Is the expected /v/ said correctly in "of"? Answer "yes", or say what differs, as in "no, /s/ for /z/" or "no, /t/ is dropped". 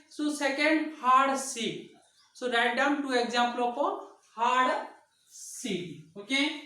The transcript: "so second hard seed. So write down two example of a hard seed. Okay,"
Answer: no, /p/ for /v/